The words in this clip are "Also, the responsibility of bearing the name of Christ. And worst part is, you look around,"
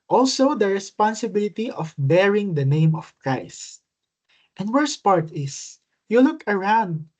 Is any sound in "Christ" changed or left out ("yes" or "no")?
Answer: no